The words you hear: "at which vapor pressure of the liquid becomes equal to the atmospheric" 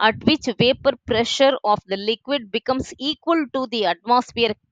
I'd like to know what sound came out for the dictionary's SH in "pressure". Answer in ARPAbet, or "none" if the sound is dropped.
SH